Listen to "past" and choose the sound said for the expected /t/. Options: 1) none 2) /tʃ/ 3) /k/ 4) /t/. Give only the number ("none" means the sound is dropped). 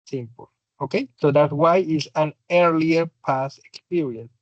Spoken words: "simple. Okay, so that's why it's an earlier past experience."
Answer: 1